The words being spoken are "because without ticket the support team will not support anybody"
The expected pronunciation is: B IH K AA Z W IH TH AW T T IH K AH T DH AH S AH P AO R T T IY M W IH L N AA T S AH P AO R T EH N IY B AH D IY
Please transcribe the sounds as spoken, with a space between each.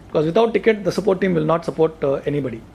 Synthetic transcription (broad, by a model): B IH K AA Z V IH T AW T T IH K AH T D AH S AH P AO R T T IY M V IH L N AA T S AH P AO R T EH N IY B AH D IY